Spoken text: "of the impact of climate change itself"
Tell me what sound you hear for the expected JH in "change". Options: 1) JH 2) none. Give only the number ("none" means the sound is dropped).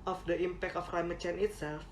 2